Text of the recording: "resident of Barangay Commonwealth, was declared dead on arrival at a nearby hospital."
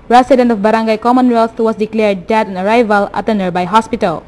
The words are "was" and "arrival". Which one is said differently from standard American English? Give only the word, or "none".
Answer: was